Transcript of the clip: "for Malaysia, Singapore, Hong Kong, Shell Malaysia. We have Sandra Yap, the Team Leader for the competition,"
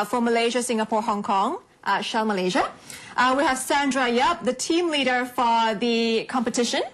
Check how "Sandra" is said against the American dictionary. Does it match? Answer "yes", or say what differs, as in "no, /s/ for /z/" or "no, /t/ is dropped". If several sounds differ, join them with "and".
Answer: yes